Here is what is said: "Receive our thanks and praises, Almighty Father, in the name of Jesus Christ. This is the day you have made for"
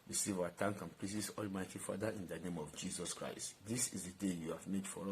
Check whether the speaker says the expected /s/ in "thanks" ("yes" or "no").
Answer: no